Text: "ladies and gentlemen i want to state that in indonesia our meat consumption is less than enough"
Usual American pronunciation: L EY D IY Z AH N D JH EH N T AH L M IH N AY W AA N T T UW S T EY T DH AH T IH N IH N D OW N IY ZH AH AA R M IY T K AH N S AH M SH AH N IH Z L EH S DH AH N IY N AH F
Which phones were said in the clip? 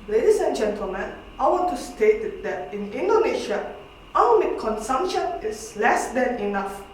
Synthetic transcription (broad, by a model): L EY D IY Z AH N JH EH N T AH L M IH N AY W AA N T T UW S T EY T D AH T IH N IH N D OW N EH SH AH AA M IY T K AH N S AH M SH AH N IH S L EH S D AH N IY N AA F